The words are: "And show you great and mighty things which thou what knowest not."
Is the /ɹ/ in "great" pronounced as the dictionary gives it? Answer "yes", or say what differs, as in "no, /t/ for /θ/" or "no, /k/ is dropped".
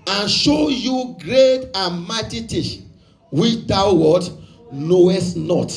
yes